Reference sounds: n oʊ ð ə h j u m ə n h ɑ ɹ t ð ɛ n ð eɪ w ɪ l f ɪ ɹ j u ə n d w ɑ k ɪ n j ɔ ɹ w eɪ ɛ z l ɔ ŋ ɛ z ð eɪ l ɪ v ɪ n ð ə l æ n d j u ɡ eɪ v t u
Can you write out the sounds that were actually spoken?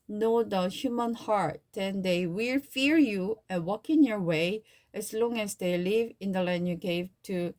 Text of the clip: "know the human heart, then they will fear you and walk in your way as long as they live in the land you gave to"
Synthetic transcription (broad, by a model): n oʊ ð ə h j u m ə n h ɑ ɹ t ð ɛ n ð eɪ w ɪ l f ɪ ɹ j u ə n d w ɑ k ɪ n j ɔ ɹ w eɪ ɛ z l ɔ ŋ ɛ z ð eɪ l ɪ v ɪ n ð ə l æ n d j u ɡ eɪ v t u